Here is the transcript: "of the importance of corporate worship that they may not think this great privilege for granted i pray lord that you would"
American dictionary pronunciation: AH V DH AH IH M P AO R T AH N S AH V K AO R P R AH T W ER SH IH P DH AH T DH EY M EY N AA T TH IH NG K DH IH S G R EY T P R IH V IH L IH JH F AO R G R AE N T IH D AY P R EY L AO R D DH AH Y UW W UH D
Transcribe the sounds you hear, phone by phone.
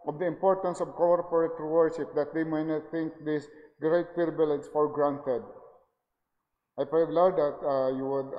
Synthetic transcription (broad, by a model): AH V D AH IH M P AO R T AH N S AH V K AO R P R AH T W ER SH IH P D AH T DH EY M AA N AA T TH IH NG K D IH S G R EY T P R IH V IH L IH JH F AO R G R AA N T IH D AY P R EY L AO W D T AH Y UW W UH D